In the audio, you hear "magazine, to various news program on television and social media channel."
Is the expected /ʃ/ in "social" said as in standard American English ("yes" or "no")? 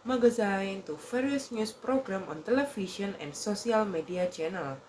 no